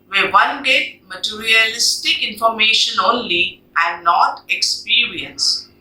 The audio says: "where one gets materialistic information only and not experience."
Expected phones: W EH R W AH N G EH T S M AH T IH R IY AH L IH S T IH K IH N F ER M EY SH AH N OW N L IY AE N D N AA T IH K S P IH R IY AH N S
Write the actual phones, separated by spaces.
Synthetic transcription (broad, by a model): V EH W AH N G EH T M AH T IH R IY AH L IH S T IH K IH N F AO M EY SH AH N OW N L IY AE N N AA T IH K S P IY R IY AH N S